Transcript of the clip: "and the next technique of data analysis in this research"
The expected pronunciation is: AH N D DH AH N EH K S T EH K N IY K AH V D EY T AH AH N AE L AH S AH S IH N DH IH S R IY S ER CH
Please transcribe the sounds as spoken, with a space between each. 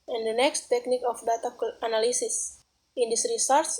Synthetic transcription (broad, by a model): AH N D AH N EH K S T EH K N IY K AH F D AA T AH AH N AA L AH S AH S IH N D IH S R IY S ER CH